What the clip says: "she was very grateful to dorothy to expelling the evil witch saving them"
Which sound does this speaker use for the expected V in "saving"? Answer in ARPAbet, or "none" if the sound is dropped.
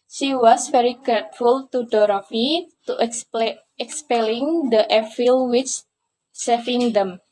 F